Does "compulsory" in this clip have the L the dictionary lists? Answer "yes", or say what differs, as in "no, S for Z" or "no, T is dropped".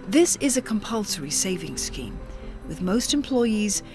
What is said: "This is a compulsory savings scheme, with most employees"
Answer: yes